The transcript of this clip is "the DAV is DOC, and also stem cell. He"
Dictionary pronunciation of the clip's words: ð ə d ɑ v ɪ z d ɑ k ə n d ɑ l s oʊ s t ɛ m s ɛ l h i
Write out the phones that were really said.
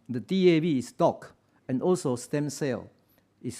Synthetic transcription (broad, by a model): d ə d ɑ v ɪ s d ɑ k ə n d ɑ l s oʊ s t ɛ m s ɛ l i